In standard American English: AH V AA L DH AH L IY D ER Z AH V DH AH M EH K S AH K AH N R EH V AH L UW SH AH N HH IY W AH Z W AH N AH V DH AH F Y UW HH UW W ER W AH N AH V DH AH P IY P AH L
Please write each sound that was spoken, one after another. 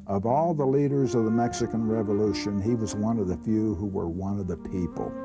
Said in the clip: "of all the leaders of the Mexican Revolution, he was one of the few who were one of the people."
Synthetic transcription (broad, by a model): AH V AA L DH AH L IY D ER Z AH V DH AH M EH K S AH K AH N R EH V AH L UW SH AH N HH IY W AH Z W AH N AH V DH AH F Y UW HH UW W ER W AH N AH V DH AH P IY P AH L